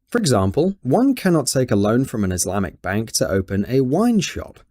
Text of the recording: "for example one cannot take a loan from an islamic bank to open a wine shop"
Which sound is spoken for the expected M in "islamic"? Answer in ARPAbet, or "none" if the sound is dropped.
M